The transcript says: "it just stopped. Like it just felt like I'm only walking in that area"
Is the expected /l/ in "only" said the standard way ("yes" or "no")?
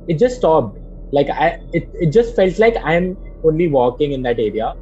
yes